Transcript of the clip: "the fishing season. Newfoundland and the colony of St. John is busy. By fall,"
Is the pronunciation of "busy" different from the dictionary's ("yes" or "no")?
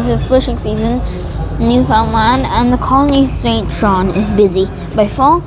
no